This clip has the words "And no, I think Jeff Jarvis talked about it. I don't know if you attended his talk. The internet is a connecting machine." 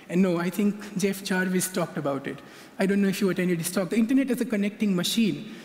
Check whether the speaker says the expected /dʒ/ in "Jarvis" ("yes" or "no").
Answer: no